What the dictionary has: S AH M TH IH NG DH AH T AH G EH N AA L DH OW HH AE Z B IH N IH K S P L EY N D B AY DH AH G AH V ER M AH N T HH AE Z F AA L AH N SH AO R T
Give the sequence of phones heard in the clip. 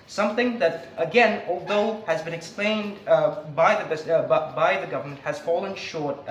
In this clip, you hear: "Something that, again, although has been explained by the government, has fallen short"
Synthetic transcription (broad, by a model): S AH M TH IH NG DH AH T AH G EH N AA L DH OW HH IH Z B IH N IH K S P L EY N D B AY DH AH G AH V ER M AH N T HH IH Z F AA L AH N SH AO R T